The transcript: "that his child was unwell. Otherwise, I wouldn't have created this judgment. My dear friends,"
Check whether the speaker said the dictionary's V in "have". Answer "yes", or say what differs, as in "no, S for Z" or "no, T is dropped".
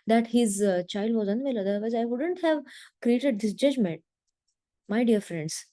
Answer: yes